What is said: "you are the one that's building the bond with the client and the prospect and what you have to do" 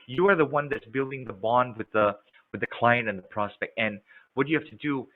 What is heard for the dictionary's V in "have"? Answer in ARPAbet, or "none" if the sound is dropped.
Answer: F